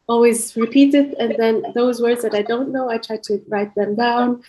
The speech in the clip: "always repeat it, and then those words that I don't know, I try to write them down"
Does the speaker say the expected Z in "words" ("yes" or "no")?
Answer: yes